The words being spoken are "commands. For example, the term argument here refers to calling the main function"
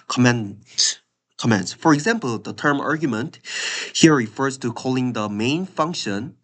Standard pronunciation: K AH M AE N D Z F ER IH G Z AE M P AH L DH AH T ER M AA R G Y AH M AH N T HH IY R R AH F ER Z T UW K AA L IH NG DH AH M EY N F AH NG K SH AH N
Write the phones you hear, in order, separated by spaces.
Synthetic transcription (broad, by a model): K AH M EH N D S F ER IH G Z AE M P AH L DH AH T ER M AA R G Y AH M AH N T HH IY R R AH F ER Z T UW K AA L IH NG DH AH M EY N F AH NG K SH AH N